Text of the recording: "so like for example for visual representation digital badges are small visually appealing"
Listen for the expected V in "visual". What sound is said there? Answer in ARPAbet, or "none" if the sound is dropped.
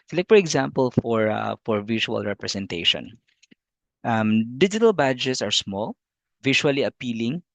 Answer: F